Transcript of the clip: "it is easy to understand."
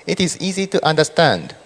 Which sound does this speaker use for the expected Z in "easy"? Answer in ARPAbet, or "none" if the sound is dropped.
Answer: Z